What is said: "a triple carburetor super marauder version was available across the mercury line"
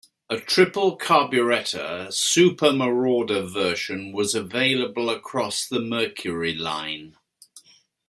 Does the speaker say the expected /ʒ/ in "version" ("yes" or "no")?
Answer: no